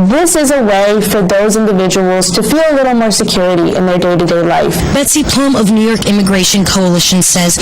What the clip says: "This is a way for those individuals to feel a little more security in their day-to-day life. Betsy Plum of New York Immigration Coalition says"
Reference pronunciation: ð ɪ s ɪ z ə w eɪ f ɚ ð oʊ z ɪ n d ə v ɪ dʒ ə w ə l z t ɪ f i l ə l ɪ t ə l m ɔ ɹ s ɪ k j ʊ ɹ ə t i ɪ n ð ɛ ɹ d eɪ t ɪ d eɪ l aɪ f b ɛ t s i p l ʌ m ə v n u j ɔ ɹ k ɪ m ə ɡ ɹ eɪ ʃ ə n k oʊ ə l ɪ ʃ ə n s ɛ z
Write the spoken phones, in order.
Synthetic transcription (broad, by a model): ð ɪ s ɪ z ə w eɪ f ɚ ð oʊ z ɪ n d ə v ɪ dʒ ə w l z t ɪ f i l ə l ɪ t l m ɔ ɹ s ɪ k j ʊ ɹ ə t i ɪ n ð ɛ ɹ d eɪ t ɪ d eɪ l aɪ f b ɛ t s i p l ʌ m ə v n u j ɔ ɹ k ɪ m ə ɡ ɹ eɪ ʃ ə n k oʊ ə l ɪ ʃ ə n s ɛ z